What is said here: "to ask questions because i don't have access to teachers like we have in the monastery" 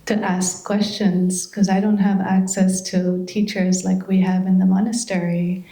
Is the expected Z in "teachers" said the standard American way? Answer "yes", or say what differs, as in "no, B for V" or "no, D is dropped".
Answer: yes